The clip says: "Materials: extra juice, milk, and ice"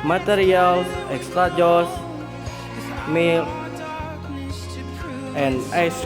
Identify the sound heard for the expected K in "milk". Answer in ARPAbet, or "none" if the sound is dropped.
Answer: none